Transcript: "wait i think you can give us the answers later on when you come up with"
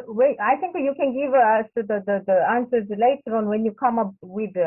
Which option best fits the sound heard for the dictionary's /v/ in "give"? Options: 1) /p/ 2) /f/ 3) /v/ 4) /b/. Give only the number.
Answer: 3